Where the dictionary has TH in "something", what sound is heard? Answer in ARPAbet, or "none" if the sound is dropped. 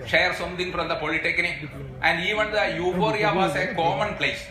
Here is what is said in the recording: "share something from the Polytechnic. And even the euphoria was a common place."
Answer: T